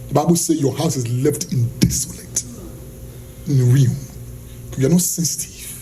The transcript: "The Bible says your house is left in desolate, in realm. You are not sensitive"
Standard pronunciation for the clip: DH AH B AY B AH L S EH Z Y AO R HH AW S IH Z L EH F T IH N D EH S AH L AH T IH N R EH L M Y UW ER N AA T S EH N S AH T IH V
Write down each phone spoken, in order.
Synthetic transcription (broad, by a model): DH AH B AY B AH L S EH Y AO HH AW S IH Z L EH F T IH N D EH S AH L AH T IH N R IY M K Y UW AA N AA T S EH N S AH T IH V